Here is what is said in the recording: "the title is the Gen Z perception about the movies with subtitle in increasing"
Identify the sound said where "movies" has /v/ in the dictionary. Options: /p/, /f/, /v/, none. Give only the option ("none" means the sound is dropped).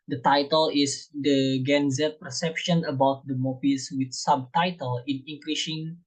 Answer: /p/